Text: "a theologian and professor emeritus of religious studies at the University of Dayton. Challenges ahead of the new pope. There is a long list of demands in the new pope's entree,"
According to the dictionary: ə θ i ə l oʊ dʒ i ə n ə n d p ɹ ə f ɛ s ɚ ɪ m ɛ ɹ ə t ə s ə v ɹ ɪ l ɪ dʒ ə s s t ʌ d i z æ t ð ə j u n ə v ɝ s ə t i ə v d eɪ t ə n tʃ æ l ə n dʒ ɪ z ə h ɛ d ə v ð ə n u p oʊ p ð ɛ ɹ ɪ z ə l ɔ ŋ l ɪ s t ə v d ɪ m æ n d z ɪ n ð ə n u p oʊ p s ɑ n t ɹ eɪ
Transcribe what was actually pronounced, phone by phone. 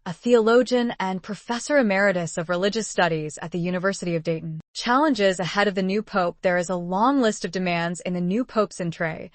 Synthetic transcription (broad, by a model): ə θ i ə l oʊ dʒ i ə n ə n p ɹ ə f ɛ s ɚ ɪ m ɛ ɹ ə t ə s ə v ɹ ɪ l ɪ dʒ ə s s t ʌ d i z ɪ t ð ə j u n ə v ɝ s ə t i ə v d eɪ t n tʃ æ l ə n dʒ ɪ z ə h ɛ d ə v ð ə n u p oʊ p ð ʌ ɹ ɪ z ə l ɔ ŋ l ɪ s t ə v d ɪ m æ n d z ɪ n ð ə n u p oʊ p s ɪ n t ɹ eɪ